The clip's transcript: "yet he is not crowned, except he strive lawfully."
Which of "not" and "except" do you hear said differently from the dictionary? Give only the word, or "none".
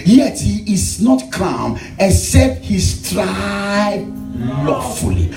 except